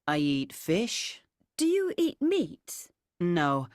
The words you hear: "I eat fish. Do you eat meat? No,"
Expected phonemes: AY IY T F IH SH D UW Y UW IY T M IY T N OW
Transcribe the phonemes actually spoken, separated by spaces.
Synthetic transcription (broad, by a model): AY IY T F IH SH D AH Y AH IY T M IY T N OW